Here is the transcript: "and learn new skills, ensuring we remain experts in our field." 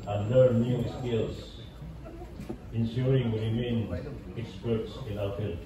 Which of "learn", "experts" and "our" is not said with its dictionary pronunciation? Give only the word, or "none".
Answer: our